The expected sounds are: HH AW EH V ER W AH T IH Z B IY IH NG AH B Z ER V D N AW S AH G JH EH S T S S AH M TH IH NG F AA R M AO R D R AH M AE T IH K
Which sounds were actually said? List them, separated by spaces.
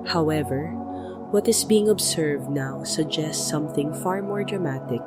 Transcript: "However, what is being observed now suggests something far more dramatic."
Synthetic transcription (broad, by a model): HH AW EH V ER W AH T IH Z B IY IH NG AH B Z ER V D N AW S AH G JH EH S T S S AH M TH IH NG F AA R M AO R D R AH M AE T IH K